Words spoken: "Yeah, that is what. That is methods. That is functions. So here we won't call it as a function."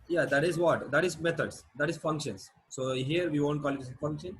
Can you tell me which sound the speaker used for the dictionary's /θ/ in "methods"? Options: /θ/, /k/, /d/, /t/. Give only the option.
/t/